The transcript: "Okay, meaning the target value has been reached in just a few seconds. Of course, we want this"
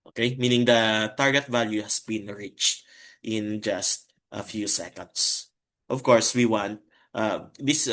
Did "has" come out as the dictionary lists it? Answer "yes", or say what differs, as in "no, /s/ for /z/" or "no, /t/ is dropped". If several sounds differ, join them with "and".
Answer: no, /s/ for /z/